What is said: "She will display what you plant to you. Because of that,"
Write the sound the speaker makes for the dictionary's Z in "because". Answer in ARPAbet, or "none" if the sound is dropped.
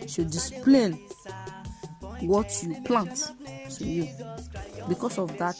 S